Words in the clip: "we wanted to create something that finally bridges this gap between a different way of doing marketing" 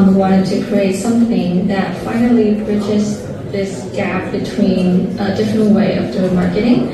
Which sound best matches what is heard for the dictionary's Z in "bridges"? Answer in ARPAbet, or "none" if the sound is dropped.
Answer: S